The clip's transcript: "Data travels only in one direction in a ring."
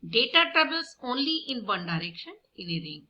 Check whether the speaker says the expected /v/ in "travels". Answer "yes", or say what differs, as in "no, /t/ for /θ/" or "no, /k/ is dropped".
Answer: no, /b/ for /v/